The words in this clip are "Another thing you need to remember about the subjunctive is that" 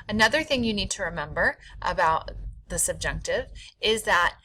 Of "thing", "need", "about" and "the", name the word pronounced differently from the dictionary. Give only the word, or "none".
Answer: none